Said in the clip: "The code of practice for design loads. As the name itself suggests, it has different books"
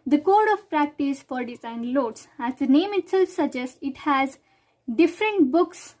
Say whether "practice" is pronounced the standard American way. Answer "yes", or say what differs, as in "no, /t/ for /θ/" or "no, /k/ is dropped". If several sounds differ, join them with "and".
yes